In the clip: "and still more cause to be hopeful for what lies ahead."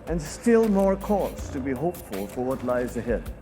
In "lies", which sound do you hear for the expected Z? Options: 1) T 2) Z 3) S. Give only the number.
2